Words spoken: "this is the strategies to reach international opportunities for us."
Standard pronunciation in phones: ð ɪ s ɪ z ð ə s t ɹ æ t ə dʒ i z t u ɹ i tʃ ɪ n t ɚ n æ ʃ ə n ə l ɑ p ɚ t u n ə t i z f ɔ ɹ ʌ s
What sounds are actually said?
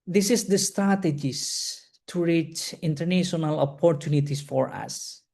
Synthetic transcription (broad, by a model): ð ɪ s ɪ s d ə s t ɹ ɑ t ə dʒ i s t u ɹ i tʃ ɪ n t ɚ n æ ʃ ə n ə l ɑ p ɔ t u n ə t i s f ɔ ɹ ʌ s